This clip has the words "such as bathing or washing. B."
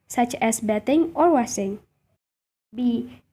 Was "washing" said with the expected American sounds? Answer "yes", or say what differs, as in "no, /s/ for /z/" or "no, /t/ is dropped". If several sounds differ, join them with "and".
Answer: no, /s/ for /ʃ/